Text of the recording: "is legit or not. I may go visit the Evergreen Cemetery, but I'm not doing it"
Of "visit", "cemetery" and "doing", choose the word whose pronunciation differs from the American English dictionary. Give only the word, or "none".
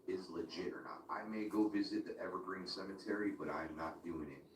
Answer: none